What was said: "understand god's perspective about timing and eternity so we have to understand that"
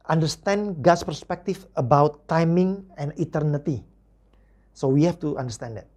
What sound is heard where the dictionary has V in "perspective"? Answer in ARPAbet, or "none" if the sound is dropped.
F